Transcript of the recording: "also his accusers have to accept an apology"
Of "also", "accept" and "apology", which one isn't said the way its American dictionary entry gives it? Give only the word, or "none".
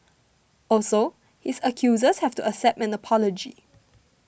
accept